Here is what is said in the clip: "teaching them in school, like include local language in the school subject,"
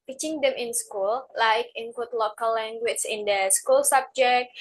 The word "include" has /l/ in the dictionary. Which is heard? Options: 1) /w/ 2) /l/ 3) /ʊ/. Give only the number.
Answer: 1